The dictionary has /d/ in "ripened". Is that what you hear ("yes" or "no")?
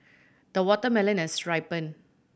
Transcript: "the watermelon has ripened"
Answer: no